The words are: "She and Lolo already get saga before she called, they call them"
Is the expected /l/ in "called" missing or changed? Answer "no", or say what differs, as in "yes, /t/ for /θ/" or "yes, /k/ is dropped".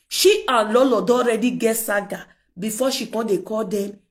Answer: yes, /l/ is dropped